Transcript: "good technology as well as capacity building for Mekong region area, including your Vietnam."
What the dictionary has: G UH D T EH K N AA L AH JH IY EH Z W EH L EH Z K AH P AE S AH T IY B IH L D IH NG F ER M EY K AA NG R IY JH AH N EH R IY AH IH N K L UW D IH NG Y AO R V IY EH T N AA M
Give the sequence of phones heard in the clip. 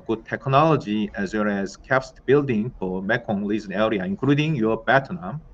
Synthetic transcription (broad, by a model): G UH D T EH K N AA L AH JH IY EH Z W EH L EH Z K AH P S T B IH L D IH NG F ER M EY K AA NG L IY Z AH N EH R IY AH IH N K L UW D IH NG Y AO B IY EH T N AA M